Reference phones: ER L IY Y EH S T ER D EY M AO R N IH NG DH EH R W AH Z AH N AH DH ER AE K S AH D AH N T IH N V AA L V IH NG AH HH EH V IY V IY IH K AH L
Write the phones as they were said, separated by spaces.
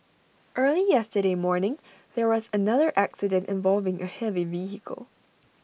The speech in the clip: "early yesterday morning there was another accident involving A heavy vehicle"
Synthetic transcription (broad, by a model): ER L IY Y EH S T ER D EY M AO R N IH NG DH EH R W AH Z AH N AH DH ER AE K S AH D AH N T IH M V AA L V IH NG AH HH EH V IY V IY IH K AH L